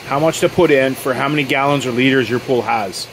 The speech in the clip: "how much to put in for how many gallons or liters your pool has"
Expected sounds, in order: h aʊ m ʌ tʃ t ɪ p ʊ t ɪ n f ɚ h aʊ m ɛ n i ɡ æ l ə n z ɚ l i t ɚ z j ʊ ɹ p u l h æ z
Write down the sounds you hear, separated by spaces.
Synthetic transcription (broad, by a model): h aʊ m ʌ tʃ t ɪ p ʊ t ɪ n f ɚ h aʊ m ɛ n i ɡ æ l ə n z ɚ l i t ɚ z j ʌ ɹ p u l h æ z